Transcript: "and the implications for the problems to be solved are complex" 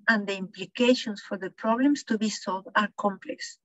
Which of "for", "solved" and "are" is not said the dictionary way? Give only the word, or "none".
none